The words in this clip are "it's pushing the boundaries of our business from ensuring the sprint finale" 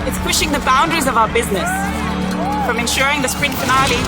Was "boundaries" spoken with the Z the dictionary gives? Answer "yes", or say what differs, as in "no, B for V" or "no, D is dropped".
yes